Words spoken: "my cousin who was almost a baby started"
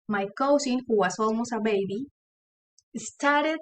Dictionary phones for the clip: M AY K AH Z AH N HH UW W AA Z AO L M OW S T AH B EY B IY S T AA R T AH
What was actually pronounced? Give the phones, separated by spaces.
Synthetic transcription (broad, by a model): M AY K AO S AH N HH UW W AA S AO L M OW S AH B EY B IY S T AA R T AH